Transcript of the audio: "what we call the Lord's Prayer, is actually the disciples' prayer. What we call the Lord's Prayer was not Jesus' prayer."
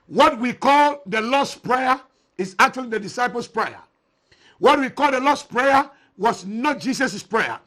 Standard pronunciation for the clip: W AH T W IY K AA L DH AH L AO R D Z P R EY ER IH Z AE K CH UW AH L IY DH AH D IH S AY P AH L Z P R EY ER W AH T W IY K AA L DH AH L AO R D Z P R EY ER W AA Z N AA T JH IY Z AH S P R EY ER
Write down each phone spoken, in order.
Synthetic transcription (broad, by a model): W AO T W IY K AA L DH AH L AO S P R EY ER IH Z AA K CH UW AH L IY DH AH D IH S AY P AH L S P R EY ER W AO T W IY K AA L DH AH L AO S P R EY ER W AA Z N AA T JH IY S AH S P R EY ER